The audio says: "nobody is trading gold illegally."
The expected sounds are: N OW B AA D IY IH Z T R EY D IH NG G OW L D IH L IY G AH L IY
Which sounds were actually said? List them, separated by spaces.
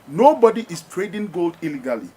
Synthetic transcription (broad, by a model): N OW B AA D IY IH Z T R EY D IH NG G OW L D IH L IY G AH L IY